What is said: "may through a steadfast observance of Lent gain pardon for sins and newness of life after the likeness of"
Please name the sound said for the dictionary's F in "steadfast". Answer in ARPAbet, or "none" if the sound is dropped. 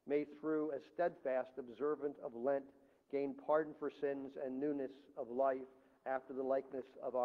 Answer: F